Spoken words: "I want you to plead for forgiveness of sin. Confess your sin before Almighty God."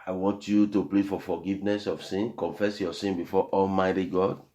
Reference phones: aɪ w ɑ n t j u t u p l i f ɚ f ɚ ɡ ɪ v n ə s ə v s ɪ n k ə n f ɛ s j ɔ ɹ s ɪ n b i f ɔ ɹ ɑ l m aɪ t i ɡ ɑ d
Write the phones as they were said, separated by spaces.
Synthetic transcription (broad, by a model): aɪ w ɑ n t j u t u p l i f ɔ f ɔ ɡ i v n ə s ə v s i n k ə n f ɛ s j ɔ s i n b i f ɔ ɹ ɑ l m aɪ t i ɡ ɑ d